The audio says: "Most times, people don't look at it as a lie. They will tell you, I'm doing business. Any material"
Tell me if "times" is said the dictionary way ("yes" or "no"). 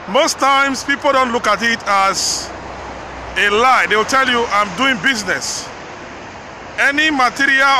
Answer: no